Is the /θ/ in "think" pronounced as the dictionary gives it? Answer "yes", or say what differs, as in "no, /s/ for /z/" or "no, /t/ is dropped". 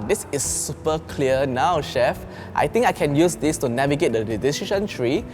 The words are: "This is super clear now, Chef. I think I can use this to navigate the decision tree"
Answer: no, /t/ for /θ/